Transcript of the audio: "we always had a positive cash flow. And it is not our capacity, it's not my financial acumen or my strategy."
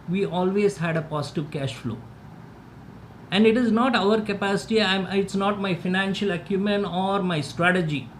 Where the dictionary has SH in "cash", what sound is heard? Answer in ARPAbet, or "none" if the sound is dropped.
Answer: SH